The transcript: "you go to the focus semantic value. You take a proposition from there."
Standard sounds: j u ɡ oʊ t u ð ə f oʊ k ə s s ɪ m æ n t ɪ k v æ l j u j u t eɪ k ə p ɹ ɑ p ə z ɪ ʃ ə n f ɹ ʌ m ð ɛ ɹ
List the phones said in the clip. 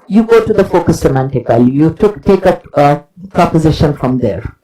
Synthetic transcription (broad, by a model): j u ɡ oʊ t u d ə f oʊ k ə s s ɪ m æ n t ɪ k v æ l j u j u t eɪ k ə p ɹ ɑ p ə z ɪ ʃ ə n f ɹ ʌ m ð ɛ ɹ